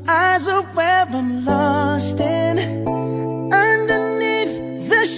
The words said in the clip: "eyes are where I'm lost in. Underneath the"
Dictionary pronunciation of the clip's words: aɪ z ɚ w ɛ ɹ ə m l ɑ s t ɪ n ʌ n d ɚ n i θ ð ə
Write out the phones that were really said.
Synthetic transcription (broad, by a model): aɪ z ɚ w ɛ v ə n l ɑ s t ɪ n ʌ n d ɚ n i θ ð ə